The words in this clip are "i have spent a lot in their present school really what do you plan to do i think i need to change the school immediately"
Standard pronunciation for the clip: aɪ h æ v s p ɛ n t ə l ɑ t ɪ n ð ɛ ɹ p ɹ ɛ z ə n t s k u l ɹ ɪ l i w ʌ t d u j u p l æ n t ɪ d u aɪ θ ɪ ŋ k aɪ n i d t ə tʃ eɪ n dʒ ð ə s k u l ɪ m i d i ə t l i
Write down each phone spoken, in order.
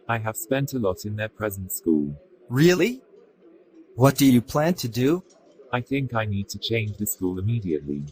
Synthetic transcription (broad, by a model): aɪ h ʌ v s p ɛ n t ə l ɑ t ɪ n ð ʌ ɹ p ɹ ɛ z ə n t s k u l ɹ ɪ l i w ʌ t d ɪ j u p l æ n t ɪ d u aɪ θ ɪ ŋ k aɪ n i d t ə tʃ eɪ n dʒ ð ə s k u l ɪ m i d i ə t l i